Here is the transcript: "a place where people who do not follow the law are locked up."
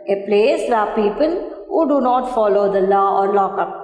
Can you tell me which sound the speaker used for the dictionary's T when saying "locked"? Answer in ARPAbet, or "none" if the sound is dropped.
none